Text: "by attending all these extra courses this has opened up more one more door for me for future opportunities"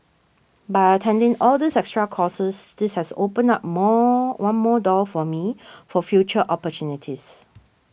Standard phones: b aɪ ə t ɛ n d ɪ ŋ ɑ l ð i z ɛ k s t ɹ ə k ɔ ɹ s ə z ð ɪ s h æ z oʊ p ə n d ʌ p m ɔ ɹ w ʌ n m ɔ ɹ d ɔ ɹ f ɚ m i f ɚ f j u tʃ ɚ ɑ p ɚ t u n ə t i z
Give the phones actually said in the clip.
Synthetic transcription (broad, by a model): b aɪ ə t ɛ n d ɪ ŋ ɑ l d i s ɛ k s t ɹ ə k ɔ s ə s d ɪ s h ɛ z oʊ p ə n ɑ p m ɔ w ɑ n m ɔ d ɔ f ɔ m i f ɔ f j u tʃ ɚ ɑ p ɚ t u n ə t i s